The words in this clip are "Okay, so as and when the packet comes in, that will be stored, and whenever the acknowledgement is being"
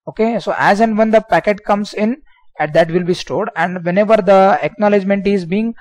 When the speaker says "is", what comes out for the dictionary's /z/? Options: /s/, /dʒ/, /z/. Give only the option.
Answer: /z/